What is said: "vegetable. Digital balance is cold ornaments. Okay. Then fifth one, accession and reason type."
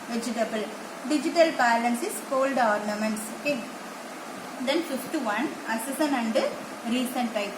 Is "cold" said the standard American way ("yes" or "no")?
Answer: yes